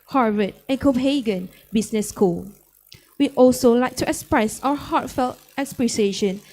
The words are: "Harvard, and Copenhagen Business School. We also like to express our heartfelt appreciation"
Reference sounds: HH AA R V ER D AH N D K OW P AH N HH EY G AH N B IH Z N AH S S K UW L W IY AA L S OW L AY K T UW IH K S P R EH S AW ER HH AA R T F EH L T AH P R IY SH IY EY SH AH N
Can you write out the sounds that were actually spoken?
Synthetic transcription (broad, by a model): HH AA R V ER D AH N K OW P HH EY G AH N B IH S N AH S S K UW L W IY AA L S OW L AY K T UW IH K S P R EH S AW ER HH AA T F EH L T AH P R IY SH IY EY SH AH N